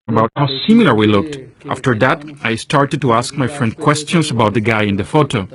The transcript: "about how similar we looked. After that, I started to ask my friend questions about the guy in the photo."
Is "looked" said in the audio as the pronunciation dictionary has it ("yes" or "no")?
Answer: yes